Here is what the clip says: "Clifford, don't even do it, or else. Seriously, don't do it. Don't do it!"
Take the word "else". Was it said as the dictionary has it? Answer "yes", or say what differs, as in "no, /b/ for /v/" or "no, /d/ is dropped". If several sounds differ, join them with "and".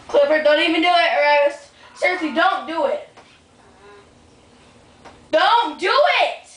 no, /w/ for /l/